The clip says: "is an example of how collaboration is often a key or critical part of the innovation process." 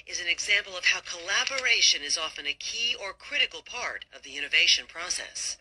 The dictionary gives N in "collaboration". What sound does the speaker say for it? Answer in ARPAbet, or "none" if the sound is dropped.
N